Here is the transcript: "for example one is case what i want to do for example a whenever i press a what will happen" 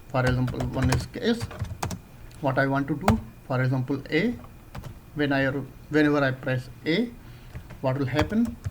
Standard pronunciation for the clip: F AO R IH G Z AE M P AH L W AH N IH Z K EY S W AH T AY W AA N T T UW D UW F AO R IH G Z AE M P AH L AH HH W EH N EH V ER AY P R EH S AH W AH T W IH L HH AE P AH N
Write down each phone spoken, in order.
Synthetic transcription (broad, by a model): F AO R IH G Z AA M P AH L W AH N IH S K EY S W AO T AY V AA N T T UW D UW F AO R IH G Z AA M P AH L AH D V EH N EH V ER AY P R EH S AH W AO T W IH L HH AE P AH N